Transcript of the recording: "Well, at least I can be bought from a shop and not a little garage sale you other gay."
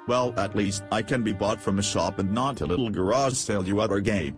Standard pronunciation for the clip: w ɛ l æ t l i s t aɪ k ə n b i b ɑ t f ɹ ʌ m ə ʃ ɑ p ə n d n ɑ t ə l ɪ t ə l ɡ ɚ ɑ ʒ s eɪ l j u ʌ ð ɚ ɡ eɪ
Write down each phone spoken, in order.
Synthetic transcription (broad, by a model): w ɛ l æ t l i s t aɪ k ə n b i b ɑ t f ɹ ʌ m ə ʃ ɑ p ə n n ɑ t ə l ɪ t l ɡ ɚ ɑ ʒ s eɪ l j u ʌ ɚ ɡ eɪ